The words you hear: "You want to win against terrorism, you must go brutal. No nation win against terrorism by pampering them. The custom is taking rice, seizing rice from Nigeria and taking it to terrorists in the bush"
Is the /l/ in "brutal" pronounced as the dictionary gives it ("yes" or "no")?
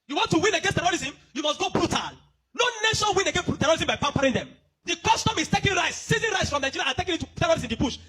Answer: yes